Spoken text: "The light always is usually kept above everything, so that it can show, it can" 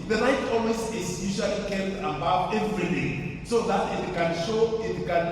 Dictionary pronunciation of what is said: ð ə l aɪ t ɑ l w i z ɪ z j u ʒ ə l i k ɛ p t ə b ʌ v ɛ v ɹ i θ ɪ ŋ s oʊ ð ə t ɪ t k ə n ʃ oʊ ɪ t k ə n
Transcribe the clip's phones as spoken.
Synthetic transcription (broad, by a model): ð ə n aɪ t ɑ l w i s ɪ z j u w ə l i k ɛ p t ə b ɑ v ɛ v ɹ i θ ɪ s oʊ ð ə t ɪ t k ə n ʃ oʊ ɪ t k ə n